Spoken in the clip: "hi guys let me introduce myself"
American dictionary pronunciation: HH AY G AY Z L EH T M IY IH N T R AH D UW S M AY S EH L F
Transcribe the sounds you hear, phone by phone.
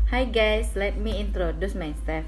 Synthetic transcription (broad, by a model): HH AY G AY S L EH T M IY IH N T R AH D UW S M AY S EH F